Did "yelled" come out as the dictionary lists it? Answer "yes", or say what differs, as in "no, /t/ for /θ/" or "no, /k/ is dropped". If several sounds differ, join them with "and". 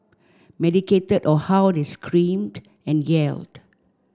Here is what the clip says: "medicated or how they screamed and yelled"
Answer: yes